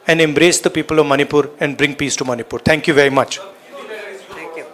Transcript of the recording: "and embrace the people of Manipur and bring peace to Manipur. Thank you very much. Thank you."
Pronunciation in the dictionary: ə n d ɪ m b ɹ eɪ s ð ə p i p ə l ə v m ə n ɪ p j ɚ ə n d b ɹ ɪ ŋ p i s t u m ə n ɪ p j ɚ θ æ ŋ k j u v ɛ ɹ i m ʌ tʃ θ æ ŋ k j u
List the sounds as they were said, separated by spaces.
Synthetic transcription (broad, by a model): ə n d ɪ m b ɹ eɪ s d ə p i p ə l ə v m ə n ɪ p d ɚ ə n d b ɹ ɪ ŋ p i s t u m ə n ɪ p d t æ ŋ k j u v ɛ ɹ i m ʌ tʃ